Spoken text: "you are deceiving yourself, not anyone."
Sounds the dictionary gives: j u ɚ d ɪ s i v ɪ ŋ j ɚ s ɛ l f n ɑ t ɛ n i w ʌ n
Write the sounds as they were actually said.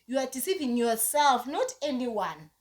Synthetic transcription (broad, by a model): j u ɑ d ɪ s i p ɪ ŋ j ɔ s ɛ l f n ɑ t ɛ n i w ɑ n